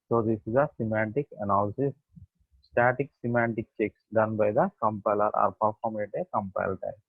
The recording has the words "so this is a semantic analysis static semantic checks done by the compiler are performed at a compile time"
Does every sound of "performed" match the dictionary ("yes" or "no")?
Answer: no